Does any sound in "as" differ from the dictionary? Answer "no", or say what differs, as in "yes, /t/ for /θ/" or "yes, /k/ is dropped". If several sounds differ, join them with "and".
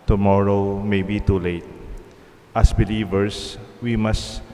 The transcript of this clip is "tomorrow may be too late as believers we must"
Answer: yes, /s/ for /z/